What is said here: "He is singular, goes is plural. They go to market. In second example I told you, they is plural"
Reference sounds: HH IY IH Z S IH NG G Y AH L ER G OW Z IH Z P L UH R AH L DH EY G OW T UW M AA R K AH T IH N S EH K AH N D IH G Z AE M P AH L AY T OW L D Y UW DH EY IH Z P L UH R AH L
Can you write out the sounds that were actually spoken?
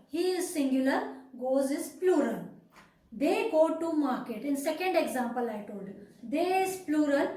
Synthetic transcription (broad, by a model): HH IY IH Z S IH NG G Y AH L ER G OW Z IH Z P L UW R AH L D EY G OW T UW M AA R K AH T IH N S EH K AH N D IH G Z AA M P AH L AY T OW L D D EY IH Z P L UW R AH L